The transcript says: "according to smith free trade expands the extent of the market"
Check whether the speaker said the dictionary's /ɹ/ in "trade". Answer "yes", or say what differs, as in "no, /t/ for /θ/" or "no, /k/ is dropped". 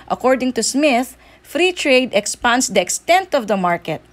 yes